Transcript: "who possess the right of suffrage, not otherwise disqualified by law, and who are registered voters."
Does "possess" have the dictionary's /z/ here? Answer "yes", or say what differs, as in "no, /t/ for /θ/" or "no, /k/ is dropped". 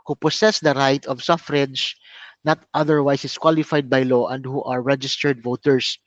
no, /s/ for /z/